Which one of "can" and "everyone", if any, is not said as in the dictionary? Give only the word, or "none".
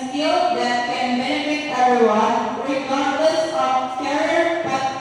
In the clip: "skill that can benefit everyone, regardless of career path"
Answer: everyone